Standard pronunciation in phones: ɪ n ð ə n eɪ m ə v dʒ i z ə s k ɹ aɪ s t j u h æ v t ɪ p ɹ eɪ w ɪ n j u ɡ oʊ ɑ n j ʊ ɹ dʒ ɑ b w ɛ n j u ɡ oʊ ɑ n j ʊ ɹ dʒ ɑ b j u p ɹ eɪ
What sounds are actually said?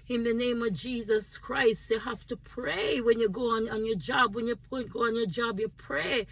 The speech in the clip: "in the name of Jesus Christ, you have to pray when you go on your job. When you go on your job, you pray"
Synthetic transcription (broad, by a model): ɪ n ð ə n eɪ m ə v dʒ i z ə s k ɹ aɪ s t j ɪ h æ f t ɪ p ɹ eɪ w ɪ n j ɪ ɡ oʊ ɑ n j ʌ ɹ dʒ ɑ b w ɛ n j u ɡ oʊ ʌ n j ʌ ɹ dʒ ɑ b j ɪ p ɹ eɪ